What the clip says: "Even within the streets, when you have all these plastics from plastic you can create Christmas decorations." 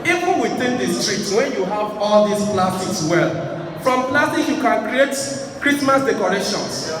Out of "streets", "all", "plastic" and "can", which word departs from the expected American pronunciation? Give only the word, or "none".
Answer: plastic